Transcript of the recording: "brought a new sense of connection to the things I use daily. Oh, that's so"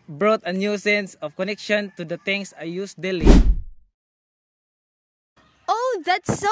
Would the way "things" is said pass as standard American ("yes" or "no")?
no